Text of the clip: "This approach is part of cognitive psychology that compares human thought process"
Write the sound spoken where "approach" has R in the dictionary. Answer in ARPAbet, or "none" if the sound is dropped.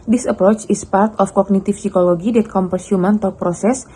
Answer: R